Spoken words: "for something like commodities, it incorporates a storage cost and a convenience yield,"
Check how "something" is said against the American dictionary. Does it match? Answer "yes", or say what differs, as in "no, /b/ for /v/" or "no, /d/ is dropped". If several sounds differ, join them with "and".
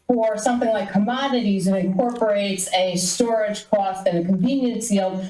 yes